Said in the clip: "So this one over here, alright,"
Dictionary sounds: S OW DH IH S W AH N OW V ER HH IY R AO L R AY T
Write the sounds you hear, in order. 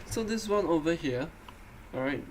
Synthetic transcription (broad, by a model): S OW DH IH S W AH N OW V ER HH IY R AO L R AY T